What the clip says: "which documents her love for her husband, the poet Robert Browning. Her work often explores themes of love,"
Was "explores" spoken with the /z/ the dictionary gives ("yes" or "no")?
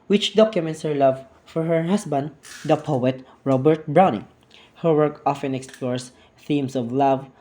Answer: no